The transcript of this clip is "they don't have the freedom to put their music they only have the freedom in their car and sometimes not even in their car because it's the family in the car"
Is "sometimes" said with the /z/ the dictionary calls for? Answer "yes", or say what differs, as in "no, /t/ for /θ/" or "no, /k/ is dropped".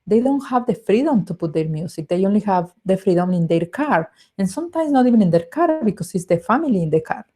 no, /s/ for /z/